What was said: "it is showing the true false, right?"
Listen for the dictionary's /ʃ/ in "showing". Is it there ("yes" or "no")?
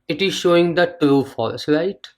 yes